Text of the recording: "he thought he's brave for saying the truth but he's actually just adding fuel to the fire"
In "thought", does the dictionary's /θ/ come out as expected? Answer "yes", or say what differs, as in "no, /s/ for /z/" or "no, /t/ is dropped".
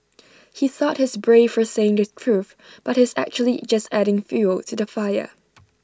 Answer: yes